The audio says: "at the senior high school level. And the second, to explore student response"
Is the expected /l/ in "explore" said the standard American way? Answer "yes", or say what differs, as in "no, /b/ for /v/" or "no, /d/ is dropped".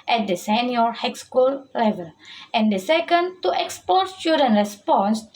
no, /l/ is dropped